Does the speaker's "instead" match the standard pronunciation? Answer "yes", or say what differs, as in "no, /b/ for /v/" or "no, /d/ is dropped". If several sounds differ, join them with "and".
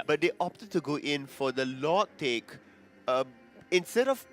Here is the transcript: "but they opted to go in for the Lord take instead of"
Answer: yes